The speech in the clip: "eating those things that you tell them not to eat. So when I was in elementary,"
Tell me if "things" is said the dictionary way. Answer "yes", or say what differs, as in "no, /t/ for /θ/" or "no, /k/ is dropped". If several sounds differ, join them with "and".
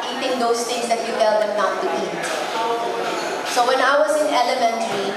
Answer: no, /t/ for /θ/